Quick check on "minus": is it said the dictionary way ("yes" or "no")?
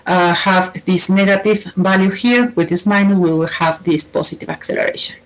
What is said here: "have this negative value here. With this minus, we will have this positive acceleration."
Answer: no